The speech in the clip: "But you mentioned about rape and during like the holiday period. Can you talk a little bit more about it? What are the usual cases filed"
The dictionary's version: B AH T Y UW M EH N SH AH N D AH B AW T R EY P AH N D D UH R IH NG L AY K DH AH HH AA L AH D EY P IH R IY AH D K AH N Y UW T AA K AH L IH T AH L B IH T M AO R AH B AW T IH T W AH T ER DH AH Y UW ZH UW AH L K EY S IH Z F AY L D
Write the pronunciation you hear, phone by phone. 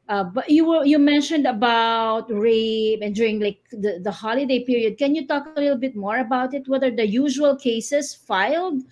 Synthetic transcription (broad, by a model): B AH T Y UW M EH N SH AH N D AH B AW T R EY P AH N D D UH R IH NG L AY K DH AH HH AA L AH D EY P IH R IY AH D K AH N Y UW T AA K AH L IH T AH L B IH T M AO R AH B AW T IH T W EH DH ER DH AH Y UW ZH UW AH L K EY S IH S F AY L D